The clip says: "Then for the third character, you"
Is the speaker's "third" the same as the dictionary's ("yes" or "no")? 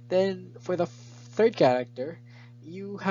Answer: yes